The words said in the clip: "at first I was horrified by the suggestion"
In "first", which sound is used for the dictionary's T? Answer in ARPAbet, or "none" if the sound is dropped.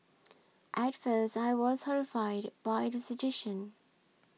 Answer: T